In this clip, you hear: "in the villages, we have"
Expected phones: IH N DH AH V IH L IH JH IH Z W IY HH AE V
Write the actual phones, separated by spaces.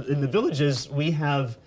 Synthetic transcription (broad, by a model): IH N DH AH V IH L IH JH IH Z W IY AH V